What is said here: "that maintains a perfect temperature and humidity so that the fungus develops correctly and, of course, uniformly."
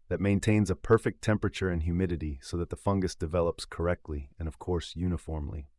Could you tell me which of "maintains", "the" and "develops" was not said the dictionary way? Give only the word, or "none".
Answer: none